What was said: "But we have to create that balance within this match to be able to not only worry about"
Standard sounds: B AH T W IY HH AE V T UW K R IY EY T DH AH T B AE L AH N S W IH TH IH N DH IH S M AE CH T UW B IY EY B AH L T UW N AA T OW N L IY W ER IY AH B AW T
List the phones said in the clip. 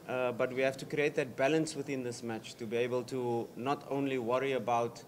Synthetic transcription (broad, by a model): B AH T W IY HH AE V T UW K R IY EY T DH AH T B AE L AH N S W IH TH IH N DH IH S M AE CH T UW B IY EY B AH L T UW N AA T OW N L IY W ER IY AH B AW T